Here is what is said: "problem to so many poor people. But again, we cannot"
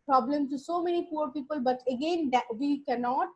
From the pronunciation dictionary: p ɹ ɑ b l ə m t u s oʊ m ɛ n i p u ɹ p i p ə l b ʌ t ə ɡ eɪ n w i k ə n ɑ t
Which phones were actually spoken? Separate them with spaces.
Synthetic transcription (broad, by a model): p ɹ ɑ b l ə m t u s oʊ m ɛ n i p u ɹ p i p ə l b ʌ t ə ɡ eɪ n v i k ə n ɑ t